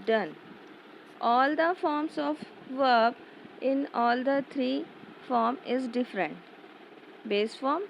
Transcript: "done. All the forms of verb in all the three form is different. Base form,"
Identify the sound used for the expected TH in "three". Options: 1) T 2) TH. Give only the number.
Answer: 1